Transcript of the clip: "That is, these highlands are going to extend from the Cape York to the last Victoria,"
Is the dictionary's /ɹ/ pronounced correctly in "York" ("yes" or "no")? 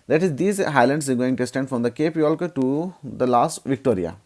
no